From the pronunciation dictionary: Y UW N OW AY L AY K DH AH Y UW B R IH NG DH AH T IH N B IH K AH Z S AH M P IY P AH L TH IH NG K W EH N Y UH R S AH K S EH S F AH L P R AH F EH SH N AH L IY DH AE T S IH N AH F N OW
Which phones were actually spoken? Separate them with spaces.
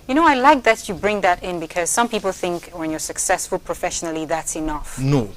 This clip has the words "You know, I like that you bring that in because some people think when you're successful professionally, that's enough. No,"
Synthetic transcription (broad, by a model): Y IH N OW AY L AY K DH AH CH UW B R IH NG DH AH T IH N B IH K AH Z S AH M P IY P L TH IH NG K W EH N Y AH R S AH K S EH S F AH L P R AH F EH SH N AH L IY DH AE T S IH N AH F N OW